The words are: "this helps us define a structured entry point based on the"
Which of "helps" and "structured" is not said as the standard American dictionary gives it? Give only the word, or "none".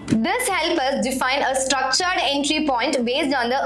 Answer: helps